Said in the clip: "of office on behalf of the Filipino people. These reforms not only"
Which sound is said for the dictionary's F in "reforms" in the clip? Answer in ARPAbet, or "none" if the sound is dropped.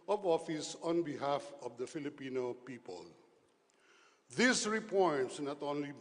P